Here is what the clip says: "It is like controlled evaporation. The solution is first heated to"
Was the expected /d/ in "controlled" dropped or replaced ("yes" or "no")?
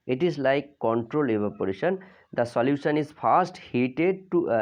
yes